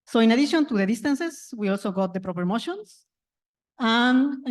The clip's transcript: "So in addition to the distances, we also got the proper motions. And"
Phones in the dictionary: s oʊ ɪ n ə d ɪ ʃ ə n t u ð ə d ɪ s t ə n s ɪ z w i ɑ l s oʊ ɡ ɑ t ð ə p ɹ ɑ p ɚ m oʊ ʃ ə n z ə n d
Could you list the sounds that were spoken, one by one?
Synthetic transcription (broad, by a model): s oʊ ɪ n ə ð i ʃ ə n t u ð ə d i s t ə n s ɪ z w i ɑ l s oʊ ɡ ɑ t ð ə p ɹ ɑ p ɚ m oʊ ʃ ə n s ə n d